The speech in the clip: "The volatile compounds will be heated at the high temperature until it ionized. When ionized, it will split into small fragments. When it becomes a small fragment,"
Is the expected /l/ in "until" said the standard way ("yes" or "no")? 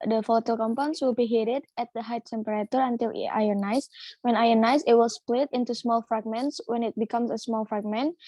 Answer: yes